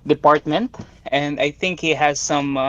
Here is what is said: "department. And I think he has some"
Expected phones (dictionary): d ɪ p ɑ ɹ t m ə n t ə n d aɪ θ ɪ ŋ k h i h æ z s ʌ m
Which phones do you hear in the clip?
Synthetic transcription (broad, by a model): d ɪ p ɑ ɹ t m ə n t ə n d aɪ θ ɪ ŋ k h i h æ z s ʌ m